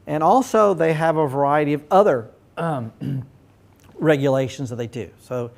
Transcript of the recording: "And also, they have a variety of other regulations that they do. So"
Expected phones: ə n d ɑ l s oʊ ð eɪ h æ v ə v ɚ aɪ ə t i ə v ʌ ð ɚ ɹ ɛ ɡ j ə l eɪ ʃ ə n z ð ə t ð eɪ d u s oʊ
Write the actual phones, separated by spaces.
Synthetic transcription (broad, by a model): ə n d ɑ l s oʊ ð eɪ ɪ v ə v ɚ aɪ ə t i ə v ʌ ð ɚ ɹ ɛ ɡ j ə l eɪ ʃ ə n z ð ə t ð eɪ d u s oʊ